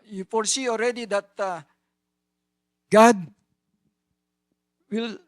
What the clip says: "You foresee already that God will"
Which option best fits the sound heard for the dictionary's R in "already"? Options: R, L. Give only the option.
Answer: R